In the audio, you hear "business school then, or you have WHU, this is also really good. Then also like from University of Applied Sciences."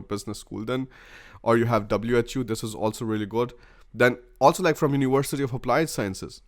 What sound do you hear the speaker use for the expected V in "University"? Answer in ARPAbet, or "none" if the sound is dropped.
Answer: V